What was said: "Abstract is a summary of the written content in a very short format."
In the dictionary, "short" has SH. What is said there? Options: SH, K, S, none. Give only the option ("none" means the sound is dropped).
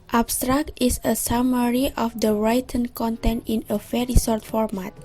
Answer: S